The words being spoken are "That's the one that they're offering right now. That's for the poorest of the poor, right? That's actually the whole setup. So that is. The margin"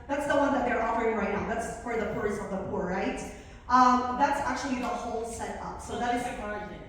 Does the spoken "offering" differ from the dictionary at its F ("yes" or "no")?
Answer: yes